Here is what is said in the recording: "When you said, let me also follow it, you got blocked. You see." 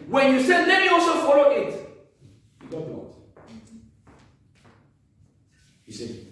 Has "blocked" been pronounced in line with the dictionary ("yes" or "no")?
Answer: no